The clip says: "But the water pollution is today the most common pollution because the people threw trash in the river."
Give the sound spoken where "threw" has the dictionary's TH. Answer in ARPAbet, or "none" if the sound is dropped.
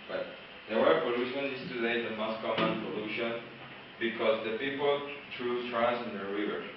T